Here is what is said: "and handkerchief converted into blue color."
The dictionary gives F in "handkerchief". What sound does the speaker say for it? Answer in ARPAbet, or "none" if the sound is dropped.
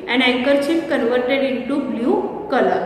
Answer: P